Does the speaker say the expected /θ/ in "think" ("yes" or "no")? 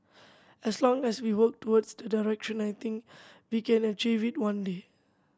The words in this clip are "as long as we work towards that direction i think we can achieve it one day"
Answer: no